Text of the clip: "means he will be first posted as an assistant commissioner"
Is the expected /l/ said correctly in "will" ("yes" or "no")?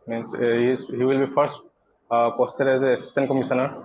yes